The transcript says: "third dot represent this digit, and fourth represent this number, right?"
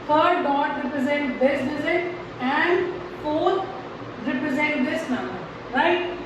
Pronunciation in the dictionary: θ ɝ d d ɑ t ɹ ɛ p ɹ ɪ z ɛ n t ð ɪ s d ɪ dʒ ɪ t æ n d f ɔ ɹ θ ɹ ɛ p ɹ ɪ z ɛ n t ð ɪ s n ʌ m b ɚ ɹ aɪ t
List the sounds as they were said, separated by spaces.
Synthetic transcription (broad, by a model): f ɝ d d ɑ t ɹ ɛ p ɹ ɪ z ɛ n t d ɪ s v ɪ z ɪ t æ n d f ɔ ɹ t ɹ ɛ p ɹ ɪ z ɛ n t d ɪ s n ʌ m b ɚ ɹ aɪ t